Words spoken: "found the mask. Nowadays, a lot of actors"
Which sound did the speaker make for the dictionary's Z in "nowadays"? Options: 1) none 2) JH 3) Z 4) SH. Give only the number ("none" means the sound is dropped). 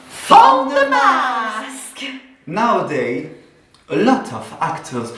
1